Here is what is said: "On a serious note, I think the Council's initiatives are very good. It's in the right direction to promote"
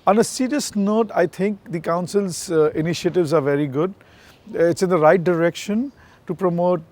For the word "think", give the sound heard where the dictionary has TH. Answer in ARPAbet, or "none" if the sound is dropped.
T